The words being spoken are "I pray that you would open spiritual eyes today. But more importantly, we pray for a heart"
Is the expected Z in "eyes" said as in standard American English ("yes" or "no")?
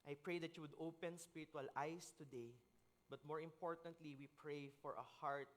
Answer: no